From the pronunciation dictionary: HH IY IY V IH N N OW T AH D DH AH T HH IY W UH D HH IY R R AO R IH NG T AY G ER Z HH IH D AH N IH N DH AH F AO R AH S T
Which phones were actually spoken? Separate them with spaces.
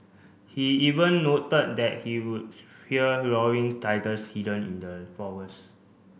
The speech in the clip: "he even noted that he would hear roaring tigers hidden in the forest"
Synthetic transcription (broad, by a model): HH IY IY V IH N N OW T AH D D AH T HH IY W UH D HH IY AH R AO W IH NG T AY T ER S HH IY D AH N IH N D AH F AO W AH S